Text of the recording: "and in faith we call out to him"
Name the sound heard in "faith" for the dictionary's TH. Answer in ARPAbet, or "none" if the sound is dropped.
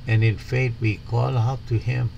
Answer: T